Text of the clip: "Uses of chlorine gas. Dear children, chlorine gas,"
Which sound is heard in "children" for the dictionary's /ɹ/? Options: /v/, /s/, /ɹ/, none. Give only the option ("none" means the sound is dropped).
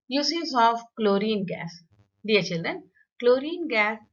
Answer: /ɹ/